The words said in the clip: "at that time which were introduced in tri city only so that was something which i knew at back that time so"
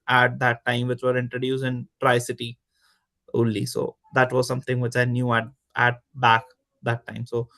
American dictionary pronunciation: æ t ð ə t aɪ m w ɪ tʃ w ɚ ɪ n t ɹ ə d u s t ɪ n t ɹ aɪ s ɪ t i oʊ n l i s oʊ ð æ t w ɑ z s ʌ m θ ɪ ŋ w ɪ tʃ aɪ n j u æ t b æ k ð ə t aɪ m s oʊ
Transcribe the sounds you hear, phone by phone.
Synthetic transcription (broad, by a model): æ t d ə t aɪ m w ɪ tʃ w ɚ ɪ n t ɹ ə d u s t ɪ n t ɹ aɪ s ɪ t i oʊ l i s oʊ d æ t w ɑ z s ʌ m t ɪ ŋ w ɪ tʃ aɪ n j u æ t b æ k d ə t aɪ m s oʊ